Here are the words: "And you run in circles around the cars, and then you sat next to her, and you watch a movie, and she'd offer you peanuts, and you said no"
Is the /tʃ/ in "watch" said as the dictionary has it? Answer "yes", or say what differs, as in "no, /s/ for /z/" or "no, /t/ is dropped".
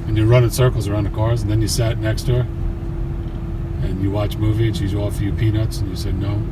yes